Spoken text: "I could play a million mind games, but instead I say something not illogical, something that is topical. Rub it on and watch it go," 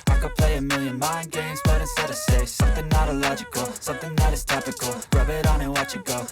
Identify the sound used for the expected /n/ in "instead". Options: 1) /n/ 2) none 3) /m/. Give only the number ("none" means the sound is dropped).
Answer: 2